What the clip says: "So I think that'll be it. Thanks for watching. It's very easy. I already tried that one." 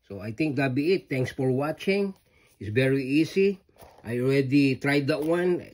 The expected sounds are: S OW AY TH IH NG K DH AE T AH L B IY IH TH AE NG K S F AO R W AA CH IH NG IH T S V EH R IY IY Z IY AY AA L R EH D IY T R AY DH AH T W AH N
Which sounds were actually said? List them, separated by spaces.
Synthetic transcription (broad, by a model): S OW AY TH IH NG K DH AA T B IY IH T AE NG K S F AO R W AA CH IH NG IH T S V EH R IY IY S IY AY AA L R EH D IY T R AY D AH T W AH N